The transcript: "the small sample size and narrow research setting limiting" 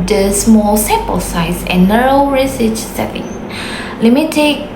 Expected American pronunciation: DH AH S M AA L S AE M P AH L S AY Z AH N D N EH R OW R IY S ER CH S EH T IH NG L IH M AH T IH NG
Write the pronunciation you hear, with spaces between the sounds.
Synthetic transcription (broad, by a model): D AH S M AA L S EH P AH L S AY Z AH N N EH R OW R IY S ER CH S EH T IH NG L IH M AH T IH